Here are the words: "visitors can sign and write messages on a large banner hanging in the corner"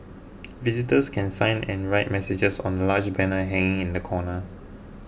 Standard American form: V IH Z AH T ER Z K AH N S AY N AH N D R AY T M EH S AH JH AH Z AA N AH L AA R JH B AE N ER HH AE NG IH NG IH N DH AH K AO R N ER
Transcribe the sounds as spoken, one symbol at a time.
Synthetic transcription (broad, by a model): V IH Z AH T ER S K AH N S AY N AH N R AY T M EH S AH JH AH S AA N AH L AA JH B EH N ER HH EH NG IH NG IH N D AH K AO N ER